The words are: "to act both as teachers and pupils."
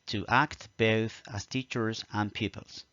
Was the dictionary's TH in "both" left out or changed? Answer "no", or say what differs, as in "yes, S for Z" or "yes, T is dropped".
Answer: no